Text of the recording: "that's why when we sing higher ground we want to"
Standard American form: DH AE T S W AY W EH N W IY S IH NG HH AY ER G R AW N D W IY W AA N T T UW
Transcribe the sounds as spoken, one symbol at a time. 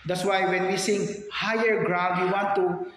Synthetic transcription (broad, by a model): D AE T S W AY W EH N W IY S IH NG HH AY ER G R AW D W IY W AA N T T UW